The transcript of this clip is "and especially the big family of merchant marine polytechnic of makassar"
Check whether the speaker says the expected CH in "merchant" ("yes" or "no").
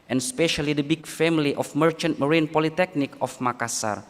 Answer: yes